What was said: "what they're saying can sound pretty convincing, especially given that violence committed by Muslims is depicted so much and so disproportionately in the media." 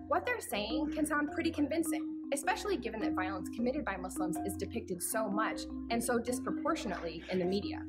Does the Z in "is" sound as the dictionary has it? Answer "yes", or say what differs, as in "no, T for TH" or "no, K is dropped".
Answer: yes